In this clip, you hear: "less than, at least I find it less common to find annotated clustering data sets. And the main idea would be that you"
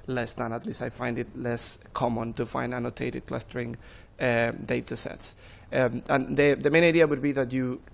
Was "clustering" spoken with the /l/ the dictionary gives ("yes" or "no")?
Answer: yes